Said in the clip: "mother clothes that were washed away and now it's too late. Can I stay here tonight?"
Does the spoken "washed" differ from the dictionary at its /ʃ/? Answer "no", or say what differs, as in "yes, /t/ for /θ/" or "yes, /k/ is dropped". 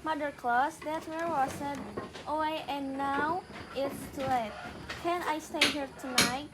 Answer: yes, /s/ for /ʃ/